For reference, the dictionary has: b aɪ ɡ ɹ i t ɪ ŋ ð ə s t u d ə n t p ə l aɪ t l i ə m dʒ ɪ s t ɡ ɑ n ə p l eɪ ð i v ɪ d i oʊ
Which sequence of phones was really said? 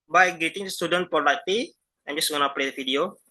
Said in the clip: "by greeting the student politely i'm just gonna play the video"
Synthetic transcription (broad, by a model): b aɪ ɡ ɛ t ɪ ŋ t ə s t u d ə n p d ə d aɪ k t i ə m dʒ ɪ s ɡ ɑ n ə p l eɪ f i d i oʊ